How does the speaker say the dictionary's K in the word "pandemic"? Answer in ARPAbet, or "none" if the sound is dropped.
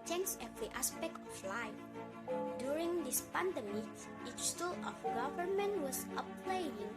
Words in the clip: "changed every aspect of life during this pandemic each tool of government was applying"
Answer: none